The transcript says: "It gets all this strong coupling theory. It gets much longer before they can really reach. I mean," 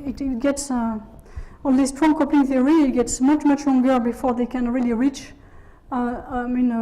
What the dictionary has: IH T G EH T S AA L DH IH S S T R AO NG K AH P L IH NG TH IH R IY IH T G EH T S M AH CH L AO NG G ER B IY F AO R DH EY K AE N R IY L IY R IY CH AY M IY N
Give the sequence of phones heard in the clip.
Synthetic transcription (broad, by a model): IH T G EH T S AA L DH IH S S T R AO NG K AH P IH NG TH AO R IY IH T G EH T S M AH CH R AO NG G ER B IY F AO R DH EY K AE N R IY L IY R IY CH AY M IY N